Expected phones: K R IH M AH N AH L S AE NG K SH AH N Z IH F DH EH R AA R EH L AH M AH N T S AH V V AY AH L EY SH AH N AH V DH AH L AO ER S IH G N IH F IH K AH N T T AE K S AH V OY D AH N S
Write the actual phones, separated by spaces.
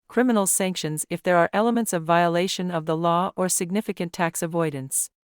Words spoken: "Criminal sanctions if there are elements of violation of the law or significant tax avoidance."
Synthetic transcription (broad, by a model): K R IH M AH N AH L S AE NG K SH AH N Z IH F DH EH R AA R EH L AH M AH N T S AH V V AY AH L EY SH AH N AH V DH AH L AO ER S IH G N IH F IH K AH N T T AE K S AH V OY D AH N S